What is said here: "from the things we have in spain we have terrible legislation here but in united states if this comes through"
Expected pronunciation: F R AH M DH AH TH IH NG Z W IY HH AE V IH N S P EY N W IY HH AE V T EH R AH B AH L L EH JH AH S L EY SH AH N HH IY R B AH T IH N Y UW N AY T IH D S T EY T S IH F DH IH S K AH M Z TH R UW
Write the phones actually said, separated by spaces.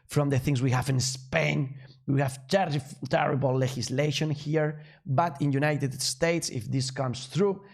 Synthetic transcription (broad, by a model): F R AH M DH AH TH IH NG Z W IY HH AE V IH N S P EY N W IY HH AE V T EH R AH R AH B L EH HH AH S L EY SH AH N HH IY R B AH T IH N Y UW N AY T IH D S T EY T S IH F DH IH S K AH M S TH R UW